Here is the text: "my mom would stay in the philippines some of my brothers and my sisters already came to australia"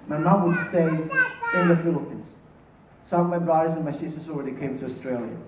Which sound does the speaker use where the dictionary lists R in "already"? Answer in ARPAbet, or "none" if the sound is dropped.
R